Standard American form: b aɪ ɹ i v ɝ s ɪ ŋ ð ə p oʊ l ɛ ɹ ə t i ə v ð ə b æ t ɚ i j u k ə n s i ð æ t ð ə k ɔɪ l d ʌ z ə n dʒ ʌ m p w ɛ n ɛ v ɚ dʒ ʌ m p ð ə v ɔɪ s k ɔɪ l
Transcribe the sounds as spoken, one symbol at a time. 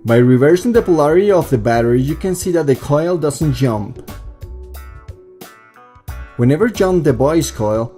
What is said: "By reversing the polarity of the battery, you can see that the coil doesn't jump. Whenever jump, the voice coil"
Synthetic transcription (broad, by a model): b aɪ ɹ i v ɝ s ɪ ŋ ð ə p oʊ l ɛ ɹ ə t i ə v ð ə b æ t ɚ i j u k ə n s i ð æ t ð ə k ɔɪ l d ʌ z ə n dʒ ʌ m p w ɛ n ɛ v ɚ dʒ ʌ m p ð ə b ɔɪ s k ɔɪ l